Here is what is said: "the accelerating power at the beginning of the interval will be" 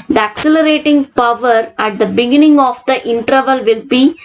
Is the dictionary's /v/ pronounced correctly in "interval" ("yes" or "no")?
yes